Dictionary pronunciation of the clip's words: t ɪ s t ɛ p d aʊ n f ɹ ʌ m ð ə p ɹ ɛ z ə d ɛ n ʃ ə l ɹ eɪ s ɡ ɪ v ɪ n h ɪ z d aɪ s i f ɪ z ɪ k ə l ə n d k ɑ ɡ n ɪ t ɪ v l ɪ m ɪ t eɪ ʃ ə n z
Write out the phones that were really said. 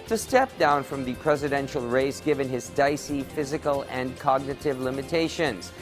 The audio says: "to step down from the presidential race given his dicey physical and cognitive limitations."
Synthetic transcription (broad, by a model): t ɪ s t ɛ p d aʊ n f ɹ ʌ m ð ə p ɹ ɛ z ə d ɛ n ʃ l ɹ eɪ s ɡ ɪ v ɪ n ɪ z d aɪ s i f ɪ z ɪ k ə l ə n k ɑ ɡ n ɪ t ɪ v l ɪ m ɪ t eɪ ʃ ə n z